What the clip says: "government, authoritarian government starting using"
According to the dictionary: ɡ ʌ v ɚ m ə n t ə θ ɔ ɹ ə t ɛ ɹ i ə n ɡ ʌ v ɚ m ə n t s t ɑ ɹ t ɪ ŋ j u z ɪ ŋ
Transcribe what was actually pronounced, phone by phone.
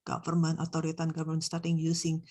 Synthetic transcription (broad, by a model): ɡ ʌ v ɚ m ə n t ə t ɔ ɹ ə t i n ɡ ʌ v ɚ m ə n s t ɑ ɹ t ɪ ŋ j u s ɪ ŋ